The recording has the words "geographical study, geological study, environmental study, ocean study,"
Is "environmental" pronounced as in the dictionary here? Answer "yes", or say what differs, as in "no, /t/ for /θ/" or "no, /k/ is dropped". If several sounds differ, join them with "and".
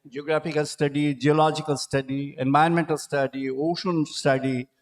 no, /ɹ/ is dropped